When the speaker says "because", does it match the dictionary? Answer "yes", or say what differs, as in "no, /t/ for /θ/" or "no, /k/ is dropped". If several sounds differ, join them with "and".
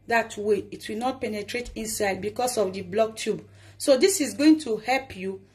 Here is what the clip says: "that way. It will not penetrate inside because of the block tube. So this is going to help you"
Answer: no, /s/ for /z/